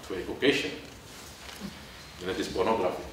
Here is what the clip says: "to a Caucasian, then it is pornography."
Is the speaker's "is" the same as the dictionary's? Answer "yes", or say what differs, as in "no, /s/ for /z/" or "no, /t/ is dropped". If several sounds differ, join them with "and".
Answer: no, /s/ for /z/